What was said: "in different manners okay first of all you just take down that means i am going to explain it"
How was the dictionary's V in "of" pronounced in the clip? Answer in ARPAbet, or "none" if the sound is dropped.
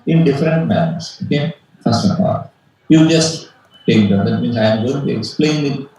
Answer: P